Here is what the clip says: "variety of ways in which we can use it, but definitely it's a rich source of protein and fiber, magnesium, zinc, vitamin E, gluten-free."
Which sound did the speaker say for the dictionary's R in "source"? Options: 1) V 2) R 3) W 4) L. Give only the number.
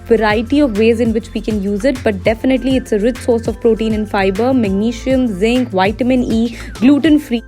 2